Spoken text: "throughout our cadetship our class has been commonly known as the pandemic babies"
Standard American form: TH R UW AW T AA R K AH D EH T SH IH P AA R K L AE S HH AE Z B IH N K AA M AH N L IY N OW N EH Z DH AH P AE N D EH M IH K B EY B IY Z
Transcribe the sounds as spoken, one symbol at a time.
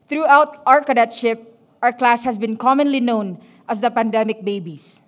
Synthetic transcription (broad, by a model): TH R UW AW T AA R K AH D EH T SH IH P AA R K L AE S HH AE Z B IH N K AA M AH N L IY N OW N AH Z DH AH P AE N D EH M IH K B EY B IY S